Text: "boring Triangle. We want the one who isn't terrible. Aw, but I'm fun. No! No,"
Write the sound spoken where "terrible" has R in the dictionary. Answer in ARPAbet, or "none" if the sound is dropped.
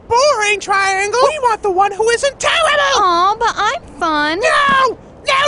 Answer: L